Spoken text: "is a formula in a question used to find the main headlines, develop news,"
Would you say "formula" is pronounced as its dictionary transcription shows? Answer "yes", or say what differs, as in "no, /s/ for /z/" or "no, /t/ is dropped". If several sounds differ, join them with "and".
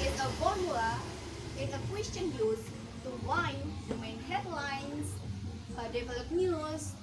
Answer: no, /l/ is dropped